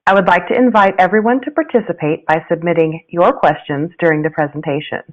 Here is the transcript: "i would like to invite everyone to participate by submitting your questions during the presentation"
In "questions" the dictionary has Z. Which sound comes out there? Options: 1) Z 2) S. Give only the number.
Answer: 1